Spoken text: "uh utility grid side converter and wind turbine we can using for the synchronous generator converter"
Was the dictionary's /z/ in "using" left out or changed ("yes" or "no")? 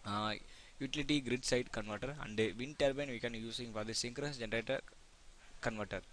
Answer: yes